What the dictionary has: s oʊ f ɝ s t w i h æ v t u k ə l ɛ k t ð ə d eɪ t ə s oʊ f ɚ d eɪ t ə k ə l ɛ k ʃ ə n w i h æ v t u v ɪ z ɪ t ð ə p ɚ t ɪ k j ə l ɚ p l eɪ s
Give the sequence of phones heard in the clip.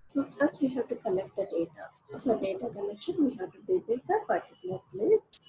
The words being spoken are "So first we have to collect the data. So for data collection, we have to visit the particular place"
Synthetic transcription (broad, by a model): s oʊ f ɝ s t w i h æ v t u k ə l ɛ k t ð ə d eɪ t ə s oʊ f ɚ d eɪ t ə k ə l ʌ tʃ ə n w i h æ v t u b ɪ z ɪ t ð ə b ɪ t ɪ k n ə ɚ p l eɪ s